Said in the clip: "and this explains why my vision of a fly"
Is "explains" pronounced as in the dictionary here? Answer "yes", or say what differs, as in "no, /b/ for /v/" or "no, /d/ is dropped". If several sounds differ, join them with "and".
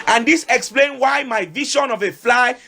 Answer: no, /z/ is dropped